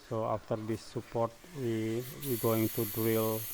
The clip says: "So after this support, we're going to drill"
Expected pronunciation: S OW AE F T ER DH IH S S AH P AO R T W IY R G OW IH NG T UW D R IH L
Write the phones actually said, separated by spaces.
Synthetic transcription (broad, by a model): S OW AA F T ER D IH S S AH P AO R T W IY W G OW IH NG T UW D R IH L